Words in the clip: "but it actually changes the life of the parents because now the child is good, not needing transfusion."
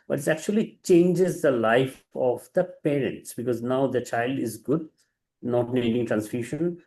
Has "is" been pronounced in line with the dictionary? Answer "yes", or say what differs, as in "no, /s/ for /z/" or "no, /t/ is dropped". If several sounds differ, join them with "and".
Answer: yes